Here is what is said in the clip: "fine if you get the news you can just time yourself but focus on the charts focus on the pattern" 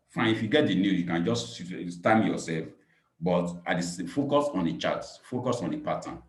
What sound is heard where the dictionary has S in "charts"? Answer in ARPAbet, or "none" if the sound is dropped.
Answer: none